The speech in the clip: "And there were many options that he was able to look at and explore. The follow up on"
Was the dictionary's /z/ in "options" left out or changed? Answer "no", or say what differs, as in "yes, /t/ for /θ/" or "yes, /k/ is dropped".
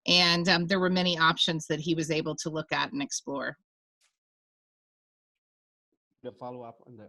no